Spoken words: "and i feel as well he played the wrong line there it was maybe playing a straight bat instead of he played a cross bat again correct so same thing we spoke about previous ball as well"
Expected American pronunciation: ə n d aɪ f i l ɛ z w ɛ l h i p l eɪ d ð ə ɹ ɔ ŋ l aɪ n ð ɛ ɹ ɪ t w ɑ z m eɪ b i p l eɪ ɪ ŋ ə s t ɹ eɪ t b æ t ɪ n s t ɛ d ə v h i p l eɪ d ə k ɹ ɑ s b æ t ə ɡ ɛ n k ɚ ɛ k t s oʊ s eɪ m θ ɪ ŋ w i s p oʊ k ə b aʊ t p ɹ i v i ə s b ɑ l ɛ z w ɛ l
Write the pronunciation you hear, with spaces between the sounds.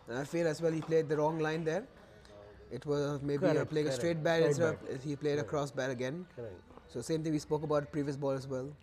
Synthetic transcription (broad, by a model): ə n aɪ f i l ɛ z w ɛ l h i p l eɪ d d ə ɹ ɔ ŋ l aɪ n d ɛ ɹ ɪ t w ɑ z m eɪ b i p l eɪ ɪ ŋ ə s t ɹ eɪ t b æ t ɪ s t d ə h i p l eɪ d ə k ɹ ɑ s b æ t ə ɡ ɛ n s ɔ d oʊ s eɪ m t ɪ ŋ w i s p oʊ k ə b aʊ t p ɹ i v i ə s b ɑ l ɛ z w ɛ l